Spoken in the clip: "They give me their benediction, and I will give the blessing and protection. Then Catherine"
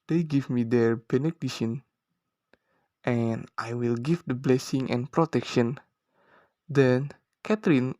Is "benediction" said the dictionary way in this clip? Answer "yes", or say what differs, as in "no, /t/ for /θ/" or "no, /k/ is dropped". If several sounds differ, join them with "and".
no, /k/ is dropped